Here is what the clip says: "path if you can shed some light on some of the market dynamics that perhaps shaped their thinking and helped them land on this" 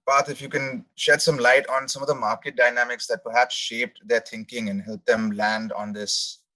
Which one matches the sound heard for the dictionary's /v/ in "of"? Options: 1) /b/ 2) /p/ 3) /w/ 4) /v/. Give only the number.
4